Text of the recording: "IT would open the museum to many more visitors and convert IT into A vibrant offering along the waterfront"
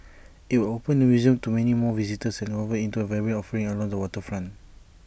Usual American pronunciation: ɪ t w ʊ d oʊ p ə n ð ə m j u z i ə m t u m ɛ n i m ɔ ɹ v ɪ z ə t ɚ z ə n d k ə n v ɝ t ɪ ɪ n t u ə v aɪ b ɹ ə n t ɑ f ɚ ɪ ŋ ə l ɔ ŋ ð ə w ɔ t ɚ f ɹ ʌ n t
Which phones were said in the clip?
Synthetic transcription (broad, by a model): ɪ t w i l oʊ p ə n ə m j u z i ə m t u m ɛ n i m ɔ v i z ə t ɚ s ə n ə v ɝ ɪ ɪ n t u ə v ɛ ɹ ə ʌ ɑ f ɚ ɪ ŋ ə l ɔ ŋ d ə w ɔ t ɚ f ɹ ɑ n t